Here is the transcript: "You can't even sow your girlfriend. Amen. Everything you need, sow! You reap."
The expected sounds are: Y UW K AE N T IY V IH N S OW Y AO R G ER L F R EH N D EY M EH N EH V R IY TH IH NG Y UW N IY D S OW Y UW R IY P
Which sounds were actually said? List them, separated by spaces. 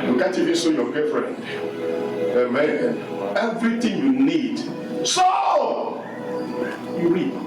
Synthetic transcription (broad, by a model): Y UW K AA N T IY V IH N S OW Y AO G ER F R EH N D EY M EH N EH V R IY T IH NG Y UW N IY D S OW Y UW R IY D